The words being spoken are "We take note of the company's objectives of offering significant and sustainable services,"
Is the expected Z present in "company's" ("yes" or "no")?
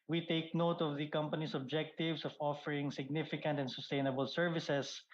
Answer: no